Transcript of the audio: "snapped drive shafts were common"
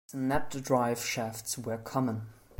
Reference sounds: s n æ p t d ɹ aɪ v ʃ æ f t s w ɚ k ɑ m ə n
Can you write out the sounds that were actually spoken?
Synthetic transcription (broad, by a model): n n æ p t d ɹ aɪ v ʃ æ f t s w ɚ k ɑ m ə n